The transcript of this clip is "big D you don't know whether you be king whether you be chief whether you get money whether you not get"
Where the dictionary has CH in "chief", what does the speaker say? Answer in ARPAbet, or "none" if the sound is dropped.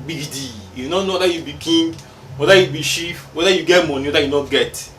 SH